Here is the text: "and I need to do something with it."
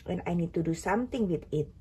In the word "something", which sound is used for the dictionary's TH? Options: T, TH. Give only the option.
T